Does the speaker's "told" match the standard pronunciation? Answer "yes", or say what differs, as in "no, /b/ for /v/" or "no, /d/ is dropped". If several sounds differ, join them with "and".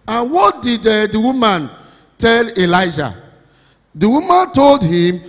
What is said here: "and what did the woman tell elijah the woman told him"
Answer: yes